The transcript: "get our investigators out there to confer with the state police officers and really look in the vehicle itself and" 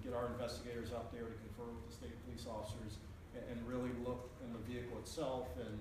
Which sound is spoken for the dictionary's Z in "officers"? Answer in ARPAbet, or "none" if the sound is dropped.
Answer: Z